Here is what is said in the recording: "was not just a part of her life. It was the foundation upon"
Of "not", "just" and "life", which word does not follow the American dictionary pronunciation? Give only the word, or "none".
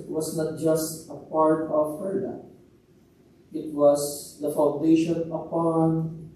life